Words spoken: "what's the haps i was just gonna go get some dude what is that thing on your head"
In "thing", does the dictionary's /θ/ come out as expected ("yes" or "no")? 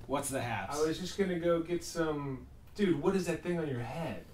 yes